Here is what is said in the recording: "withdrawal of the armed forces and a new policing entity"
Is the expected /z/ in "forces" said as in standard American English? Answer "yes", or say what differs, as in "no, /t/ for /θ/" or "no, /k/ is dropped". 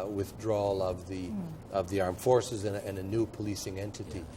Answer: yes